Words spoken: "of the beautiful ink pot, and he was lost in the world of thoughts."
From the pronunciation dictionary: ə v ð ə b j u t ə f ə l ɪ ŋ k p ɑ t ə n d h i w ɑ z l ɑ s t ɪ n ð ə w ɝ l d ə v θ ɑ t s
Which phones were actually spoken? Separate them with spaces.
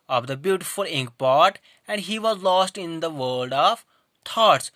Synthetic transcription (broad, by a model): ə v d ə b j u t ə f ə l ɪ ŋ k p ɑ t ə n d h i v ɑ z l ɑ s t ɪ n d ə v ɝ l d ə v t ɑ t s